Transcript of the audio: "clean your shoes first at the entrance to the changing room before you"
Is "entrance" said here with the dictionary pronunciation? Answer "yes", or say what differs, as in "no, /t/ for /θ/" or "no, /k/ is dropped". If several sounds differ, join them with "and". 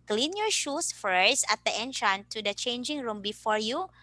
no, /s/ is dropped